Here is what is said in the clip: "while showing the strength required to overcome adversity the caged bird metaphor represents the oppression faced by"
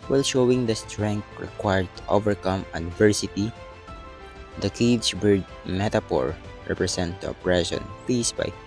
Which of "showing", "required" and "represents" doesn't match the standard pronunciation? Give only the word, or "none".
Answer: represents